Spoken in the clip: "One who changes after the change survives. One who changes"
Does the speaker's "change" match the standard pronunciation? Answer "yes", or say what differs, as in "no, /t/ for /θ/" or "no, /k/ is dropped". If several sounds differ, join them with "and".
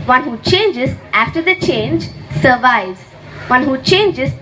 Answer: yes